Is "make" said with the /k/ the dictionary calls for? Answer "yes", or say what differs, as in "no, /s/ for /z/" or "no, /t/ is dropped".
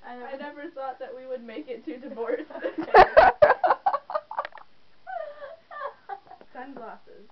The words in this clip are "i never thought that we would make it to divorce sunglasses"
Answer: yes